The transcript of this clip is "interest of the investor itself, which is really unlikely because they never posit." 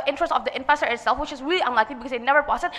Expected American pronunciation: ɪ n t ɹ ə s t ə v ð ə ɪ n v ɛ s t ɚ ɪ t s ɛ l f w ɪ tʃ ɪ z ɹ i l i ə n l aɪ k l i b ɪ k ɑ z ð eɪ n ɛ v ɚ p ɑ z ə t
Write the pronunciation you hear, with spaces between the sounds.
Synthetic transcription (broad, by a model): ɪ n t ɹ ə s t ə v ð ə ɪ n f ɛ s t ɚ ɪ t s ɛ l f w ɪ tʃ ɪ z ɹ i l i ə n l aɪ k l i b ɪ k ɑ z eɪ n ɛ v ɚ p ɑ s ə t